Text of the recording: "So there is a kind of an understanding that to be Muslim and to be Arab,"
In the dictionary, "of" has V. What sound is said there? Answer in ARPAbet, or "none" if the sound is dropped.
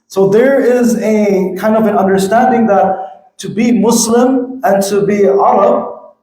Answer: V